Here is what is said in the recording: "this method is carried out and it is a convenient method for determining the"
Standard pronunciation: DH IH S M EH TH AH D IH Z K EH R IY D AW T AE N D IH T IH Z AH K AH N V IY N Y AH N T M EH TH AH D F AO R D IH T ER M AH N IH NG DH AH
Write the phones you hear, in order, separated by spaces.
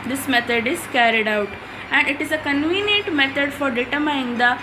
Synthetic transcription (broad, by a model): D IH S M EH T AH D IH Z K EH R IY D AW T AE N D IH T IH Z AH K AH N V IY N Y AH N T M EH T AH D F AO R D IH T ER M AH IH NG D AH